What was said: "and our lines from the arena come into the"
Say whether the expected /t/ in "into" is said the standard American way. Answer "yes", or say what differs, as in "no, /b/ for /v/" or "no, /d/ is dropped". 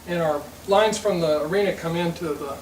yes